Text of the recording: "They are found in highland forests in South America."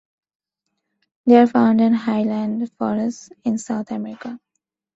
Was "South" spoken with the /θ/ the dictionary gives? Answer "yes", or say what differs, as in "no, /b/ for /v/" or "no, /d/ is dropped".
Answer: no, /t/ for /θ/